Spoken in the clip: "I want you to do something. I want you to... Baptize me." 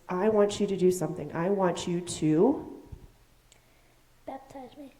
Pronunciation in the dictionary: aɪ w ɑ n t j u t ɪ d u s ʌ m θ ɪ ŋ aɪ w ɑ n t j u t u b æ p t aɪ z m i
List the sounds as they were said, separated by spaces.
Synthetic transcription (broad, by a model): aɪ w ɑ n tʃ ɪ t ɪ d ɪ s ʌ m θ ɪ ŋ aɪ w ɑ n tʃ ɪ t u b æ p t aɪ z m i